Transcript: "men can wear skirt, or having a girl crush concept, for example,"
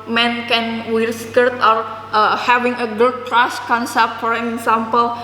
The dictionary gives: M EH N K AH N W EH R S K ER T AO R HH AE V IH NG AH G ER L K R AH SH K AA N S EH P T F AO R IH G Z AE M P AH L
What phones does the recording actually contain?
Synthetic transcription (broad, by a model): M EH N K AH N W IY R S K ER T AO R HH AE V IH NG AH G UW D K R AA S K AA N S EH P T F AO R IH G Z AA M P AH L